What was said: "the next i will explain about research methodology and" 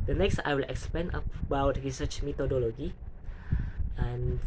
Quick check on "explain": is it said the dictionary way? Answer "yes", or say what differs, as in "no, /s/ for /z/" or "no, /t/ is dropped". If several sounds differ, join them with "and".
no, /l/ is dropped